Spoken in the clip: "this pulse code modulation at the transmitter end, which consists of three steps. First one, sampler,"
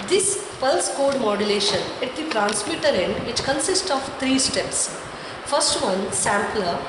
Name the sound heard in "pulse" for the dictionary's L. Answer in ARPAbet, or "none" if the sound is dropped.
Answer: L